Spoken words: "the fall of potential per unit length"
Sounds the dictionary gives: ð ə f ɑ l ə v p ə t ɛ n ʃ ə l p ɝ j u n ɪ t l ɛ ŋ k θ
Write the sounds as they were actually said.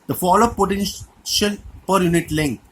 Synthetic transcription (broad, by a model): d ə f ɑ l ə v p ə t ɛ n ʃ ə l p ɝ j u n ɪ t l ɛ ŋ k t